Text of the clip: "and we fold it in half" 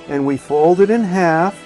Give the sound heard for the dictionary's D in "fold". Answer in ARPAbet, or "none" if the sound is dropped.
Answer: D